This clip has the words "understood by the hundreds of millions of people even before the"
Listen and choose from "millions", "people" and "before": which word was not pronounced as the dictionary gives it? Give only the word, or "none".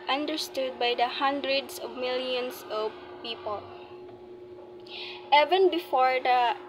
millions